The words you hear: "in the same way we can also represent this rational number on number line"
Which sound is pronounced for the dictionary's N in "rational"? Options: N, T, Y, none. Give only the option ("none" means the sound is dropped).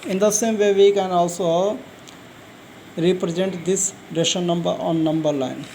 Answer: none